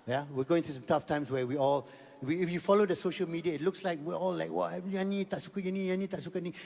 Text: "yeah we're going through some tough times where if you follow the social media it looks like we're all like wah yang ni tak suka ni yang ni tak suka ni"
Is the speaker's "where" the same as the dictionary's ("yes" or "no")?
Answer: no